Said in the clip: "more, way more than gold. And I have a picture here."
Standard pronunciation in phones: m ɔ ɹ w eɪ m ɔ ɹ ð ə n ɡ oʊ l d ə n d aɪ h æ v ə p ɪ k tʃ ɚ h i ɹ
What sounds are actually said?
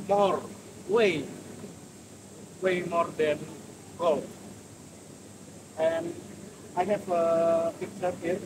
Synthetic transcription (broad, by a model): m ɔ ɹ w eɪ m ɔ ɹ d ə n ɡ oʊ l ə n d aɪ h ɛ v ə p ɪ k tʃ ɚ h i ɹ